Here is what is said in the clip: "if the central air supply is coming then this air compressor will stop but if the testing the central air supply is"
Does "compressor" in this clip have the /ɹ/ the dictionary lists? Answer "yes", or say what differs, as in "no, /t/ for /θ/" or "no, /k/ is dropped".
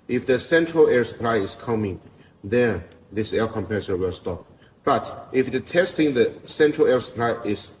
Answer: no, /ɹ/ is dropped